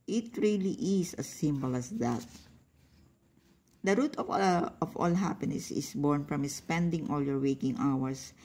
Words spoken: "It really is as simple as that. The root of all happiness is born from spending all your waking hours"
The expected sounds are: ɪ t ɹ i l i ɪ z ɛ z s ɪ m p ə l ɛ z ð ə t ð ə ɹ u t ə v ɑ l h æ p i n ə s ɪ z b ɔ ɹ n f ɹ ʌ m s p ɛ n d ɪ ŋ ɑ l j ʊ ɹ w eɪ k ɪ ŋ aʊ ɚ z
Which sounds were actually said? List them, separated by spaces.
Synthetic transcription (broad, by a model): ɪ t ɹ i l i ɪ s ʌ s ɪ m b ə l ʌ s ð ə t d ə ɹ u t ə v ɑ l h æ p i n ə s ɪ s b ɔ ɹ n f ɹ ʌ m s p ɛ n d ɪ ŋ ɑ l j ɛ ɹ w eɪ k ɪ ŋ aʊ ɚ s